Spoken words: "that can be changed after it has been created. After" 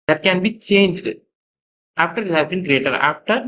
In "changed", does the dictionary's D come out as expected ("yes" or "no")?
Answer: yes